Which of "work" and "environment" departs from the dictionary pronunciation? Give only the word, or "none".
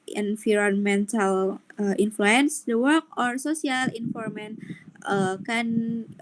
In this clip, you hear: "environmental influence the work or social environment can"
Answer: environment